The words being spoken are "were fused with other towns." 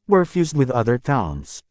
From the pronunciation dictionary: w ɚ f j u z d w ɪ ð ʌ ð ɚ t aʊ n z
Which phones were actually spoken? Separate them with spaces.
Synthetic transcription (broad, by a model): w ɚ f j u z d w ɪ ð ʌ ð ɚ t aʊ n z